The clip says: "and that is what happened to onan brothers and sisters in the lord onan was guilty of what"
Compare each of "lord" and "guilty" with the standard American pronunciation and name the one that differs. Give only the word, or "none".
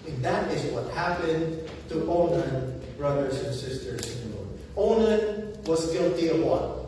lord